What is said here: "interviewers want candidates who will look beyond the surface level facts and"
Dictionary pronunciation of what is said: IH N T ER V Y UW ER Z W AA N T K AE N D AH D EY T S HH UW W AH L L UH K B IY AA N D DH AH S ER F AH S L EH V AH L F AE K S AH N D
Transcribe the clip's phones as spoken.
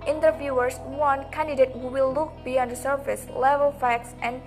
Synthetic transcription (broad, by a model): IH N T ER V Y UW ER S W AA N K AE N D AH D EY T HH UW W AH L L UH K B IY AA N D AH S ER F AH S L EH V AH L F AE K S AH N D